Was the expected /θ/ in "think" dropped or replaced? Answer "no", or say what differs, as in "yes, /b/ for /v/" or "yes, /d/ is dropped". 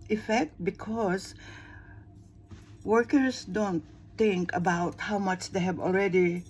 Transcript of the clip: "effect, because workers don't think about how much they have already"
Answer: yes, /t/ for /θ/